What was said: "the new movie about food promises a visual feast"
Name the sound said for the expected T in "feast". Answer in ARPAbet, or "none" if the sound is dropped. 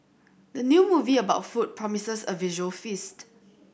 T